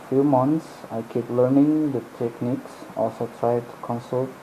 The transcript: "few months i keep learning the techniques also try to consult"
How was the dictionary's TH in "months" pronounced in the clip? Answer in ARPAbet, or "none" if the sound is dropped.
T